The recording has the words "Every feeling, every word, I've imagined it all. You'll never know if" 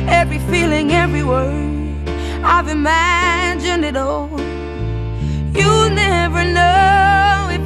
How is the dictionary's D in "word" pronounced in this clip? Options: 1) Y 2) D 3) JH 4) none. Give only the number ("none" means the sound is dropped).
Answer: 4